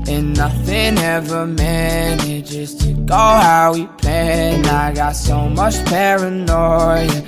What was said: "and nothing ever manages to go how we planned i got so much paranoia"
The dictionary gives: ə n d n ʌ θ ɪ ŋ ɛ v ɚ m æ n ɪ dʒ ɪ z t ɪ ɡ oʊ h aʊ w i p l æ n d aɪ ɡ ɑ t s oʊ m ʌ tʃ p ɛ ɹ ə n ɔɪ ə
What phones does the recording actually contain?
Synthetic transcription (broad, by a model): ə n n ʌ θ ɪ ŋ ɛ v ɚ m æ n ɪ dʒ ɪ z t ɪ ɡ oʊ h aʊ w i p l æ n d aɪ ɡ ɑ t s oʊ m ʌ tʃ p ɛ ɹ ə n ɔɪ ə